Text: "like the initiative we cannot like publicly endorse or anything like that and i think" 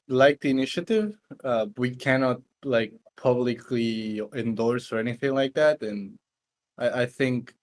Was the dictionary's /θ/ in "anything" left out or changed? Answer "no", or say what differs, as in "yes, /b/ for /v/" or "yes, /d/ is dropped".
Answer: no